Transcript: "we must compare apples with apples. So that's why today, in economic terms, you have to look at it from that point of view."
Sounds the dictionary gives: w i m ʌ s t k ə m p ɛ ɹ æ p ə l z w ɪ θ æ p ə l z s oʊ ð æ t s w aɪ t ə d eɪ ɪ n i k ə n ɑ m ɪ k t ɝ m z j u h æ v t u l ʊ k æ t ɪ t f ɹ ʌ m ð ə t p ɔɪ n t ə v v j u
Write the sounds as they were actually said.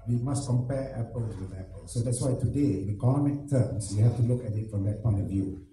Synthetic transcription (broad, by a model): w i m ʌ s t k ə m p ɛ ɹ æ p ə l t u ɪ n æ p ə l s oʊ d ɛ t s w aɪ t ə d eɪ ɪ n i k ə n ɑ m ɪ k t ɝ m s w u h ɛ f t u l ʊ k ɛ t ɪ t f ɹ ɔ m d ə t p ɔɪ n t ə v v j u